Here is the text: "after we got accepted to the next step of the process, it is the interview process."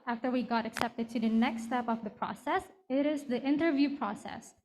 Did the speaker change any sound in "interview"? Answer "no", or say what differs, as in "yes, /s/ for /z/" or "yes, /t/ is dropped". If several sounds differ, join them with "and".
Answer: no